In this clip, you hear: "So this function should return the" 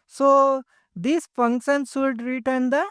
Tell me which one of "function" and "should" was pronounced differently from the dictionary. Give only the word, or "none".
should